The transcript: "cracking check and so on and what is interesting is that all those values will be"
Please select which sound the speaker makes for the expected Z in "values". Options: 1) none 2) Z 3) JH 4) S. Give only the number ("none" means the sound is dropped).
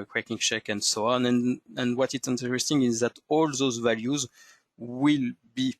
2